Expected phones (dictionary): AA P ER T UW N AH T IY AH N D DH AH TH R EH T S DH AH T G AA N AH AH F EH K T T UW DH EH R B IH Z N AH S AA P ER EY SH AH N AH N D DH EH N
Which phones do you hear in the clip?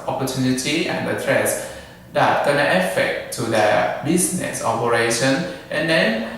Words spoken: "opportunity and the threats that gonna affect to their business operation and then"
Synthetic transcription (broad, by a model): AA P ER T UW N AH T IY AH N D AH T R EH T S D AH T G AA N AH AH F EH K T T UW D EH B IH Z N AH S AA P ER EY SH AH N AH N D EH N